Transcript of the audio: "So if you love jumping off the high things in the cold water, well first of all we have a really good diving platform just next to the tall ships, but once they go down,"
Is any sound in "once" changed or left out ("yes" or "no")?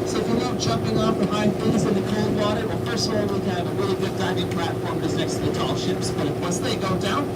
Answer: yes